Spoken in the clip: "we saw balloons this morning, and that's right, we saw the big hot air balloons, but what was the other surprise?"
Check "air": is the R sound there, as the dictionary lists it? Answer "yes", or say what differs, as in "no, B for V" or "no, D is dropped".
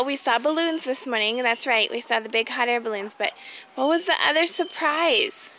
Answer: yes